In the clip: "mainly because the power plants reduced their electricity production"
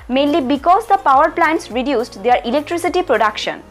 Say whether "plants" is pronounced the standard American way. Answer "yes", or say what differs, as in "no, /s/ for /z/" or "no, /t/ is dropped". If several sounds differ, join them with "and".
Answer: yes